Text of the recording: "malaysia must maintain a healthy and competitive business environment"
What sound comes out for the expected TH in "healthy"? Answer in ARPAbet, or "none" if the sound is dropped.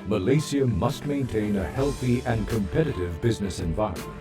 TH